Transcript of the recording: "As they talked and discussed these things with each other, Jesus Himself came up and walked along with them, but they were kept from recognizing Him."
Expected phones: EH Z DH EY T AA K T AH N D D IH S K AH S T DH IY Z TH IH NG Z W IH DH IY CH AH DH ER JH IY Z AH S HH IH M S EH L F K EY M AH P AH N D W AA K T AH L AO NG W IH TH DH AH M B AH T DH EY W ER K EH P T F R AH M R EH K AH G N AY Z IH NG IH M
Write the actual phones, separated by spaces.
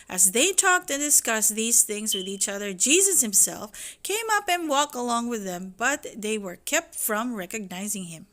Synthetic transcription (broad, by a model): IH Z DH EY T AA K T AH N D D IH S K AH S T DH IY Z TH IH NG Z W IH DH IY CH AH DH ER JH IY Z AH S HH IH M S EH L F K EY M AH P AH N W AA K T AH L AO NG W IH DH AH M B AH T DH EY W ER K EH P T F R AH M R EH K AH G N AY Z IH NG IH M